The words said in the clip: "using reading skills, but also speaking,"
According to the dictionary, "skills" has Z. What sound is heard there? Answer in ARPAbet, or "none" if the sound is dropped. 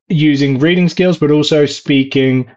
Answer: Z